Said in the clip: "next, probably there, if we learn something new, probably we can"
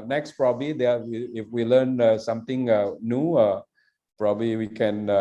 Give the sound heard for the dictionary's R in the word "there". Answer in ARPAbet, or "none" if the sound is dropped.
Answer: W